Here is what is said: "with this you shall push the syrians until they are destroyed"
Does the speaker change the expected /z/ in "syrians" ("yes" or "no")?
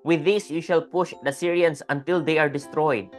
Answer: yes